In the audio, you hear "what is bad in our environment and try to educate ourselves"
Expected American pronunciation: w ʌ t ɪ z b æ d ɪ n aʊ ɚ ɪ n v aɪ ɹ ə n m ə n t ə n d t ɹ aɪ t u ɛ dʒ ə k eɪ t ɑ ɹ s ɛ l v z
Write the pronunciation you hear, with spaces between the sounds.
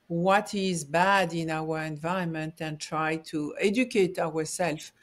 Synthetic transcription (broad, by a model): w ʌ t ɪ z b æ d ɪ n aʊ ɚ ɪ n v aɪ ə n m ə n t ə n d t ɹ aɪ t u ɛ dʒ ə k eɪ t ɑ ɹ s ɛ l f